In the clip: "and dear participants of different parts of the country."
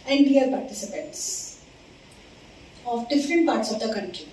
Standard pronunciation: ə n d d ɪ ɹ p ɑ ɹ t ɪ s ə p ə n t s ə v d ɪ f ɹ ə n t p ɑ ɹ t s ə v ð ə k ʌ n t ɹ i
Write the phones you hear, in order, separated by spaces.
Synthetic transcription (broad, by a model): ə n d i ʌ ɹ p ɑ ɹ t ɪ s ə p ə n t s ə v d ɪ f ɹ ə n t p ɑ ɹ t s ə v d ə k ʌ n t ɹ i